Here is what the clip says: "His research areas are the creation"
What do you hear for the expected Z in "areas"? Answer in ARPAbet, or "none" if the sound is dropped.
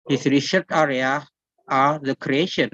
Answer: none